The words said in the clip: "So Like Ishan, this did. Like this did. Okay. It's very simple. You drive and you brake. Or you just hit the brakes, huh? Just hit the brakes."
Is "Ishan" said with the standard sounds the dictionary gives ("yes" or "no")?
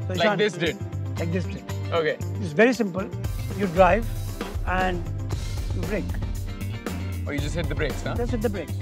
no